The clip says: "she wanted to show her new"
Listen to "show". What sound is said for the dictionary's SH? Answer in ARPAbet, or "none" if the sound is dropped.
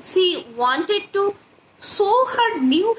S